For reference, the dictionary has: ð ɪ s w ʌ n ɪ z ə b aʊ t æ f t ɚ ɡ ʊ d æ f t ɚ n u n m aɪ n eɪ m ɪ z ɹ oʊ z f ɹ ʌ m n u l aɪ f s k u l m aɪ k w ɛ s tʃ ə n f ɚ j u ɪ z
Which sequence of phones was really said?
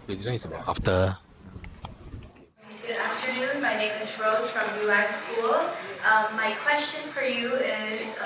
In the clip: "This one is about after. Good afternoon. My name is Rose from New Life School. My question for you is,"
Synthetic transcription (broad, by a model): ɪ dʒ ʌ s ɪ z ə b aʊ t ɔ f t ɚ ɡ ʊ d æ f t ɚ n u n m aɪ n eɪ m ɪ z ɹ oʊ z f ɹ ʌ m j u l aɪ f s k u l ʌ aɪ k w ɛ s tʃ ə n f ɚ j u ɪ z